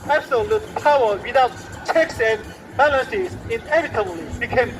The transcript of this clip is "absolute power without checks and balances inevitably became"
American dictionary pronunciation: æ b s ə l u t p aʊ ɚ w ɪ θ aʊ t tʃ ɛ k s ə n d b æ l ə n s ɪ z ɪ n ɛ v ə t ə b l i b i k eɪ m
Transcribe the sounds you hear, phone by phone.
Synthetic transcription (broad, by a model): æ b s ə l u t p aʊ ɚ w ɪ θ aʊ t tʃ ɛ k s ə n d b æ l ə s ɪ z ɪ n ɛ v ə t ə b l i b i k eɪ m